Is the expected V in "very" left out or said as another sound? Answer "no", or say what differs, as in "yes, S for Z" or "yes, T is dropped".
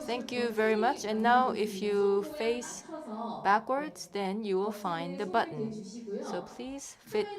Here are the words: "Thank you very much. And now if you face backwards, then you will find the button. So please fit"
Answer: no